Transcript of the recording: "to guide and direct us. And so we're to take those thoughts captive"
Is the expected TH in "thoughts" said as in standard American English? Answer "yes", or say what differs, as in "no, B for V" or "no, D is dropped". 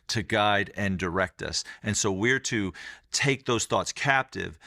yes